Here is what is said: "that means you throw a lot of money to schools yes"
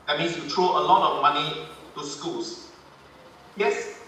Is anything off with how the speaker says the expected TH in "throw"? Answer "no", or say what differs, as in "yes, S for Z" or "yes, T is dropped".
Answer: yes, T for TH